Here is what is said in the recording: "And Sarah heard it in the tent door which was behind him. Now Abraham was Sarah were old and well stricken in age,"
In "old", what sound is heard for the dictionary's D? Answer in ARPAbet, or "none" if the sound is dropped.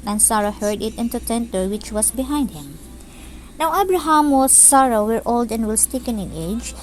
D